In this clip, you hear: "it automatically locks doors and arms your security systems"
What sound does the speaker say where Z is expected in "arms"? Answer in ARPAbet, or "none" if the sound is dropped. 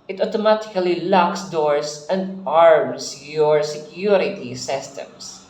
S